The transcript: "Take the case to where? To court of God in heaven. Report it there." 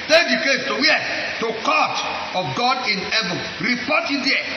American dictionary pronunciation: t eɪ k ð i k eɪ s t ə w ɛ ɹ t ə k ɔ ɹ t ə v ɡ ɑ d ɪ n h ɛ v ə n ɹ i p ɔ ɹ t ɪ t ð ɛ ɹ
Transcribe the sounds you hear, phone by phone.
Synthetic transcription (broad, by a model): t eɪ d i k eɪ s t ə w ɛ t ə k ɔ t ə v ɡ ɑ d ɪ n h ɛ v ə n ɹ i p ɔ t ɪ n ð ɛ